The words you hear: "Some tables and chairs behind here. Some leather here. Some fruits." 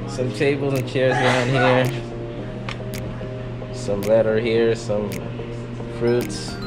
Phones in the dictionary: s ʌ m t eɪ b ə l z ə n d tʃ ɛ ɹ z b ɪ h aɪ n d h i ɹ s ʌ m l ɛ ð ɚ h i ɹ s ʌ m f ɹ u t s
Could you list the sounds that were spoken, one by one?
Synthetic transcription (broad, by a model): s ʌ m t eɪ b l z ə n tʃ ɛ ɹ z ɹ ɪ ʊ n h i ɹ s ʌ m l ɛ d ɚ h i ɹ s ʌ m f ɹ u t s